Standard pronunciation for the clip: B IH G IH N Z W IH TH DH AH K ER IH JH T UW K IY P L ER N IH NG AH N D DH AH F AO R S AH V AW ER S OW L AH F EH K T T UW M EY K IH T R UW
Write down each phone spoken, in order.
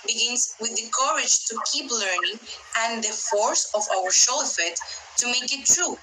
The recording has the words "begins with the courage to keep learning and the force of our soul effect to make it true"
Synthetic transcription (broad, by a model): B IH G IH N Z W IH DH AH K ER IH JH T UW K IY P L ER N IH NG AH N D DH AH F AO R S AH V AW ER SH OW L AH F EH T T UW M EY K IH T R UW